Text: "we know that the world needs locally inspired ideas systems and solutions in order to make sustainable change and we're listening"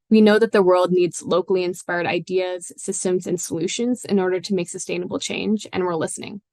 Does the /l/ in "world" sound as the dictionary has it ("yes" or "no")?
yes